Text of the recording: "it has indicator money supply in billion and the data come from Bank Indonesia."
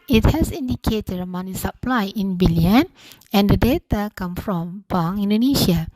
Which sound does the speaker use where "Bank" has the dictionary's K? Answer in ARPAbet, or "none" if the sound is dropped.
none